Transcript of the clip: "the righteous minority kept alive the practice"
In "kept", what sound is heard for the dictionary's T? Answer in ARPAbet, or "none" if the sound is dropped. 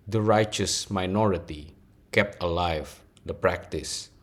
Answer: T